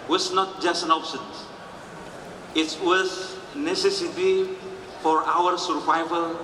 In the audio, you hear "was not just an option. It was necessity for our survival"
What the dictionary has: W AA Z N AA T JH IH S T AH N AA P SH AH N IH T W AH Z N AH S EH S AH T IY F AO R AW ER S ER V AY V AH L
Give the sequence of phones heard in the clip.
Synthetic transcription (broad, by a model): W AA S N AA T JH IH S T AH N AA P S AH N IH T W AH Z N AH S EH S AH T IY F AO R AW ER S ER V AY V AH L